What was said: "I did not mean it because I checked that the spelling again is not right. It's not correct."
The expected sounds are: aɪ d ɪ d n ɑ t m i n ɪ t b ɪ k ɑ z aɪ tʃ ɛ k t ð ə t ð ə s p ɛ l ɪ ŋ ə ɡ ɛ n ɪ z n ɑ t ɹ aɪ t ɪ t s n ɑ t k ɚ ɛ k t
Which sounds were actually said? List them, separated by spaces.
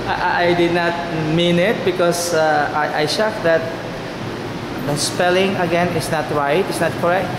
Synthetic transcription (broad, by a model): aɪ d ɪ d n ɑ t m i n ɪ t b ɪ k ɑ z aɪ ʃ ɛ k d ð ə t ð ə s p ɛ l ɪ ŋ ə ɡ ɛ n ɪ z n ɑ t ɹ aɪ t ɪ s n ɑ t k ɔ ɛ k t